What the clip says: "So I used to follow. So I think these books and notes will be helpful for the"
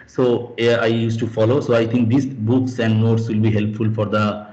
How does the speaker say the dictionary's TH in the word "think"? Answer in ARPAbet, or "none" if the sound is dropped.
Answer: T